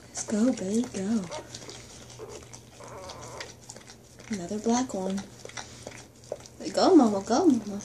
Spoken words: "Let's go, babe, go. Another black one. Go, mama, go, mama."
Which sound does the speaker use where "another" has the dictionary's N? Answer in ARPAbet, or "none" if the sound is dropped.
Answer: N